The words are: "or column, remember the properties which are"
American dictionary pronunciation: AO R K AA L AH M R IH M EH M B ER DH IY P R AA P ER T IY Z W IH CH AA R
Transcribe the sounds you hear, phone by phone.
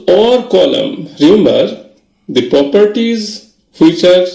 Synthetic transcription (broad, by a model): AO R K AA L AH M R IH M EH M B ER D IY P R AA P ER T IY Z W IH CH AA R